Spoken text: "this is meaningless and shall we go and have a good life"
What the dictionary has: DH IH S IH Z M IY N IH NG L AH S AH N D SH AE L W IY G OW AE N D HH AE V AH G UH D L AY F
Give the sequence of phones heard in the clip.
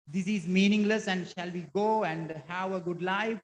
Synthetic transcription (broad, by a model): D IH S IH Z M IY N IH NG L AH S AH N D SH AE L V IY G OW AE N D HH AE V AH G UH D L AY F